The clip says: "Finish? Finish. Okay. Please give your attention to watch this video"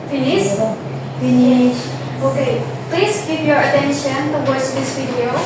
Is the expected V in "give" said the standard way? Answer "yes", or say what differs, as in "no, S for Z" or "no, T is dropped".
no, P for V